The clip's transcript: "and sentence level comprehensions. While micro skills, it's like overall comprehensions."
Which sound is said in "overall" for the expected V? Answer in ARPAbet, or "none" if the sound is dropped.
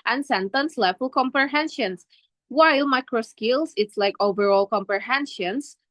V